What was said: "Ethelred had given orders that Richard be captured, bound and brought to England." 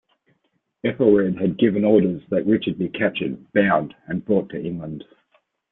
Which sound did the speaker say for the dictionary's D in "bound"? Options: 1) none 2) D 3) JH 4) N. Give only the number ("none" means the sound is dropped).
2